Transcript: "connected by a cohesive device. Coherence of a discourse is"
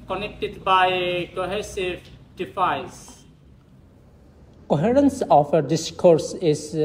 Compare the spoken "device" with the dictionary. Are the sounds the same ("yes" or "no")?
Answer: no